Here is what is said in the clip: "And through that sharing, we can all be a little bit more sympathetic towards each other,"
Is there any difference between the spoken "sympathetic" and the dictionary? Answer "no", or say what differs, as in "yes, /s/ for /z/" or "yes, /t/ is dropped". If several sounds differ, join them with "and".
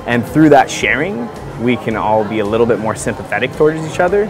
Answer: no